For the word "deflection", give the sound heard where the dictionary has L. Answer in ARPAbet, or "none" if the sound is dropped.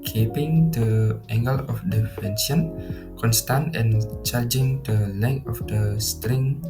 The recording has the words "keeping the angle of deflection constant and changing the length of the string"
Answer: none